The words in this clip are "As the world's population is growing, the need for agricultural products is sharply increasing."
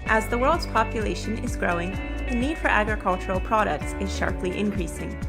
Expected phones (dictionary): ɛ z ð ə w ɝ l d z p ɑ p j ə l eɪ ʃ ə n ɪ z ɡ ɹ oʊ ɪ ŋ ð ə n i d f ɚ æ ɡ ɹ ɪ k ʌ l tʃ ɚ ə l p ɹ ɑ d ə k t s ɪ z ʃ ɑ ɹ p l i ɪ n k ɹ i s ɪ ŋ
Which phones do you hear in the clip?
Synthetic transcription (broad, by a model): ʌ z ð ə w ɝ l d z p ɑ p j ə l eɪ ʃ ə n ɪ z ɡ ɹ oʊ ɪ ŋ ð ə n i d f ɚ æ ɡ ɹ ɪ k ʌ l tʃ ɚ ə l p ɹ ɑ d ə k t s ɪ z ʃ ɑ ɹ p l i ɪ n k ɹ i s ɪ ŋ